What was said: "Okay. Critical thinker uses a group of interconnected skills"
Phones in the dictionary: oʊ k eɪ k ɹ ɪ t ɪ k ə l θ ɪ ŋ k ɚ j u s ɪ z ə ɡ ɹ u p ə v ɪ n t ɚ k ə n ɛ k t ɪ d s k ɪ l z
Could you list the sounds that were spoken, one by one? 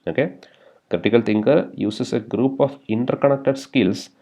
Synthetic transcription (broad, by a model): oʊ k eɪ k ɹ ɪ t ɪ k ə l t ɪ ŋ k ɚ j u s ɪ s ə ɡ ɹ u p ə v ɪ n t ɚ k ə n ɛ k t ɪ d s k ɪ l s